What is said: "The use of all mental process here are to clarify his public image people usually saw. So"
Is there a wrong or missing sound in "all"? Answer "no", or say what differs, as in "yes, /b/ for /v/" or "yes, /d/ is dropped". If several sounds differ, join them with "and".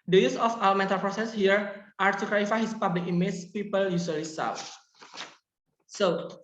yes, /w/ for /l/